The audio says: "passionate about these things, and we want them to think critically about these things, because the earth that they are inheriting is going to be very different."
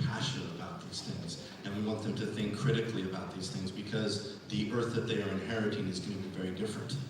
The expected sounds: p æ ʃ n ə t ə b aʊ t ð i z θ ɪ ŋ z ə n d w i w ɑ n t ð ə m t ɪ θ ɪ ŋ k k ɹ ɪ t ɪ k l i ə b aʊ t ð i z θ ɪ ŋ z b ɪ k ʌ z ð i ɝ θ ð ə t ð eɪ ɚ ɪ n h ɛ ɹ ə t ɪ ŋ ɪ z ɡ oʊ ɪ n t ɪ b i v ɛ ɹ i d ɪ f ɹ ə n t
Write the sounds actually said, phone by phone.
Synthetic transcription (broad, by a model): p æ ʃ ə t ə b aʊ t ð i z θ ɪ ŋ z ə n w i w ɑ n t ð ə m t ɪ θ ɪ ŋ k k ɹ ɪ t ɪ k l i ə b aʊ t ð i z θ ɪ ŋ z b ɪ k ʌ z ð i ɝ θ ð ə t ð eɪ ɚ ɪ n h ɛ ɹ ə t ɪ ŋ ɪ z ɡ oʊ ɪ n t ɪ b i v ɛ ɹ i d ɪ f ɹ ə n t